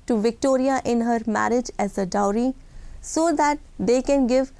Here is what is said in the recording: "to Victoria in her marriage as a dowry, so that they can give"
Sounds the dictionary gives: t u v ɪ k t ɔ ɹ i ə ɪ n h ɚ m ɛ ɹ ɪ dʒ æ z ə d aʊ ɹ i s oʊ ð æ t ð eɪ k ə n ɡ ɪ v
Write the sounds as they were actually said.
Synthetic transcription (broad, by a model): t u v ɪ k t ɔ ɹ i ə ɪ n h ɚ m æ ɹ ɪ dʒ æ z ə d aʊ ɹ i s oʊ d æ t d eɪ k ə n ɡ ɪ v